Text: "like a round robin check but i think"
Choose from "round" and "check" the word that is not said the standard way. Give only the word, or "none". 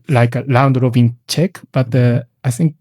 round